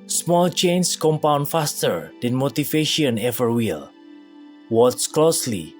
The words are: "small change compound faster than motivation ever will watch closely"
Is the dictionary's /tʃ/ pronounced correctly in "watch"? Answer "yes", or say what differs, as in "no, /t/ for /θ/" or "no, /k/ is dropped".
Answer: no, /s/ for /tʃ/